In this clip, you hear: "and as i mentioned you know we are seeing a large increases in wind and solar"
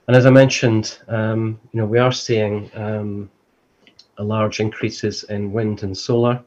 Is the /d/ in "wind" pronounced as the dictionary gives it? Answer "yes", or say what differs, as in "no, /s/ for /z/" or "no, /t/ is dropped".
yes